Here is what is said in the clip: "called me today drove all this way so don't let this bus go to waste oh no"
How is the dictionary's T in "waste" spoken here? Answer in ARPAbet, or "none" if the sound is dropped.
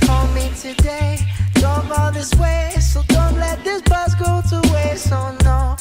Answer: none